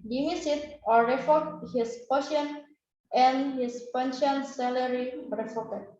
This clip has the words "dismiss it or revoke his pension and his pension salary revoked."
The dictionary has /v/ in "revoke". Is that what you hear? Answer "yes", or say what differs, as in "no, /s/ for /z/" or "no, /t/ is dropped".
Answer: no, /f/ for /v/